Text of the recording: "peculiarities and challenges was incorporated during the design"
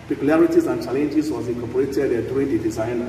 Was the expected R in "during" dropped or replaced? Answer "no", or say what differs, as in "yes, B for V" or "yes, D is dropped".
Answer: yes, R is dropped